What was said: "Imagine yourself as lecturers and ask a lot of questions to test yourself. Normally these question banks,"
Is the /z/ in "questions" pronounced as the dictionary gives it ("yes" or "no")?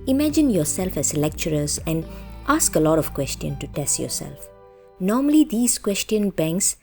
no